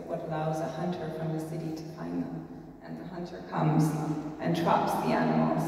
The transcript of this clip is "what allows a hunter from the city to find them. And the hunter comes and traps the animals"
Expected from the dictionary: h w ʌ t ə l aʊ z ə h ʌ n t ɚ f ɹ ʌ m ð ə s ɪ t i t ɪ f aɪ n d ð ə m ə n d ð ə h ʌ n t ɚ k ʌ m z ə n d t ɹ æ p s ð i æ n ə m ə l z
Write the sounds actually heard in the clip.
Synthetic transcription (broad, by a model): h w ʌ t ə l aʊ z ə h ʌ n t ɚ f ɹ ʌ m ð ə s ɪ t i t ɪ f aɪ n ð ə m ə n ð ə h ʌ n t ɚ k ʌ m z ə n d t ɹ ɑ p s ð i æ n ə m l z